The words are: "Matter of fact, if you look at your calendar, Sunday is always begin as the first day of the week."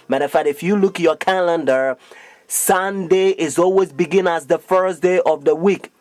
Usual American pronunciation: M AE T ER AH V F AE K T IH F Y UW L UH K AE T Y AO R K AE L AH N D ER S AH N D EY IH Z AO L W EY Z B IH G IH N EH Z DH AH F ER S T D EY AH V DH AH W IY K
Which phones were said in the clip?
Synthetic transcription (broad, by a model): M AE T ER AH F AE T IH F Y UW L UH K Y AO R K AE L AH N D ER S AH N D EY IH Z AO L W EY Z B IH G IH N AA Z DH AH F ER S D EY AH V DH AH W IY K